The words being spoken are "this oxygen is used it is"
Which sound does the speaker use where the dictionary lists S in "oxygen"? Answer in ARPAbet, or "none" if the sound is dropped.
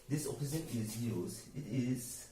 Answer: none